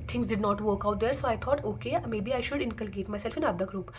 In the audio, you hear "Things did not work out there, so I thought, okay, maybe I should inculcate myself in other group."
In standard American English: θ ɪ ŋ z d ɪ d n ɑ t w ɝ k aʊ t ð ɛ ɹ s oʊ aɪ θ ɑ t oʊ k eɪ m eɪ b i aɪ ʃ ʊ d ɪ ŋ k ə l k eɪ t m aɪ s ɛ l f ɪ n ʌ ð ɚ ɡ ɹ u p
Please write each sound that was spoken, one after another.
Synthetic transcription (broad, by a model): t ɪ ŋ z d ɪ d n ɑ t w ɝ k aʊ t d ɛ ɹ s oʊ aɪ t ɑ t oʊ k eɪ m eɪ b i aɪ ʃ ʊ d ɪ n k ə l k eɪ t m aɪ s ɛ l f ɪ n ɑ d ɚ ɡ ɹ u p